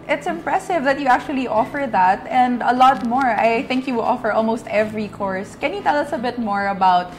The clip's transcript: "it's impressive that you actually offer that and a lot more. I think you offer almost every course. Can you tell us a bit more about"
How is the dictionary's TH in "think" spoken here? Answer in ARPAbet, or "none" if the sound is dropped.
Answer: TH